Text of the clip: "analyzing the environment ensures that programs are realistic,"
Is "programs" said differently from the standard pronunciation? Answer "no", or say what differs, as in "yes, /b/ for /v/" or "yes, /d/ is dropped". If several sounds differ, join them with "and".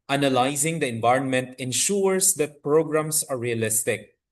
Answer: yes, /s/ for /z/